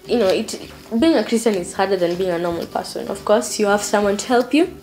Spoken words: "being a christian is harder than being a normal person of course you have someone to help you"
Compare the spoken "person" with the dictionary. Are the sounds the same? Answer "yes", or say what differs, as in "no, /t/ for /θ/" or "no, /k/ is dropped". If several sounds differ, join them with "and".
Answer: yes